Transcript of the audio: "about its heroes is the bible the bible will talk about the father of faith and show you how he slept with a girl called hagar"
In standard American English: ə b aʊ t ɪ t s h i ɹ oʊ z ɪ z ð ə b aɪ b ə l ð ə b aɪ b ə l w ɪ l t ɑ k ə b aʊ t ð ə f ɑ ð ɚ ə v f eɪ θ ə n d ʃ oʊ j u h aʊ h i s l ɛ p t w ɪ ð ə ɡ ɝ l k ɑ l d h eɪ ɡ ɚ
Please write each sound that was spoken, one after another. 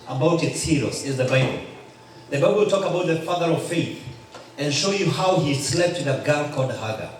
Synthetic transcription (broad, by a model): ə b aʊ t ɪ t s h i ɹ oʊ s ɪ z ð ə b aɪ b ə l ð ə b aɪ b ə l w ɪ l t ɑ k ə b aʊ t ð ə f ɑ ð ɚ ə v f eɪ θ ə n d ʃ oʊ j u h aʊ h i s l ɛ p t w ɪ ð ə ɡ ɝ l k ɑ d h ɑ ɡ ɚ